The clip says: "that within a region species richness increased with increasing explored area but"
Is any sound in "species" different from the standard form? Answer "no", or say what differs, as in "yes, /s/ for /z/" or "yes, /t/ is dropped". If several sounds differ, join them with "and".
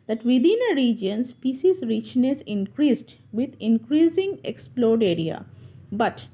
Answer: yes, /s/ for /ʃ/